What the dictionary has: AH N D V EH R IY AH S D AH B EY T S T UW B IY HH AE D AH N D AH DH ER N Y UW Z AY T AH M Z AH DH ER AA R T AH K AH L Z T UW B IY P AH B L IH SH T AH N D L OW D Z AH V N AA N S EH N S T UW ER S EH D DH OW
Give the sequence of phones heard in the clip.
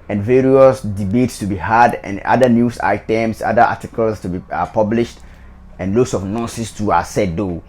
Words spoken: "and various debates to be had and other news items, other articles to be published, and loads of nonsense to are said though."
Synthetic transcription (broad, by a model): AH N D V EH R IY AH S D AH B EY T S T UW B IY HH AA D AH N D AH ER N Y UW S AY T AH M S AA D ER AA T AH K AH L S T UW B IY P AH B L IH SH T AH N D L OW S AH F N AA S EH S T UW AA S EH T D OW